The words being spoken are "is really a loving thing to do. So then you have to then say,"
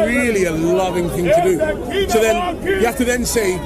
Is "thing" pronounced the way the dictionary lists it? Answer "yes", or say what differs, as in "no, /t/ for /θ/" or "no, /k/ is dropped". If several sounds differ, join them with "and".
yes